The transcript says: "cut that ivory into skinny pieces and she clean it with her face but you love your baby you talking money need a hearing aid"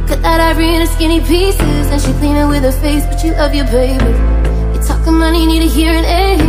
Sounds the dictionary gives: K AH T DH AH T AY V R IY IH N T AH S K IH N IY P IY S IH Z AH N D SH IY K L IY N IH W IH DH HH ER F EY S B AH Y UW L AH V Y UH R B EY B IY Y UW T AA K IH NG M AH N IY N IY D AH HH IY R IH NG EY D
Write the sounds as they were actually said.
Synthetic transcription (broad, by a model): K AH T DH AH T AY B R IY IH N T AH S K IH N IY P IY S IH Z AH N SH IY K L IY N IH W IH DH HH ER F EY S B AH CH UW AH V Y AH R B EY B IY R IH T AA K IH M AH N IY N IY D AH HH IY R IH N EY